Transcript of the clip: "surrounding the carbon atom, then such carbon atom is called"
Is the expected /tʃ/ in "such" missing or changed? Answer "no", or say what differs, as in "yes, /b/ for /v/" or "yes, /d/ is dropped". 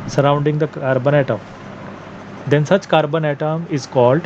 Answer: yes, /s/ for /tʃ/